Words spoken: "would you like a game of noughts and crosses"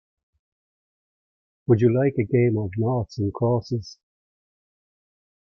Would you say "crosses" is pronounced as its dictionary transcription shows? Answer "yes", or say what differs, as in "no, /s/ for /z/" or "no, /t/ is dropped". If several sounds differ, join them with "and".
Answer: no, /ɹ/ is dropped